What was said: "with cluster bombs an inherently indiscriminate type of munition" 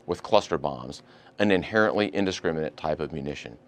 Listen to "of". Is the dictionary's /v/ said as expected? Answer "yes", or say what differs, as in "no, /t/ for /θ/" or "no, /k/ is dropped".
yes